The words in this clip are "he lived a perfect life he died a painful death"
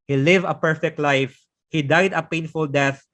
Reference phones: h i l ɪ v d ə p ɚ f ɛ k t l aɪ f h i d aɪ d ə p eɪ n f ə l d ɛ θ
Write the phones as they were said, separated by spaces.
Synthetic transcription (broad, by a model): h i l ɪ v ə p ɚ f ɛ k t l aɪ f h i d aɪ d ə p eɪ n f ə l d ɛ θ